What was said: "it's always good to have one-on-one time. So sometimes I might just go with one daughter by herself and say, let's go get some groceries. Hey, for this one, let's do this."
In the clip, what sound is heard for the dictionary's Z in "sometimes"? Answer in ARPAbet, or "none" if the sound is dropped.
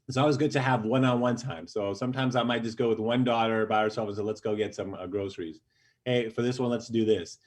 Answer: Z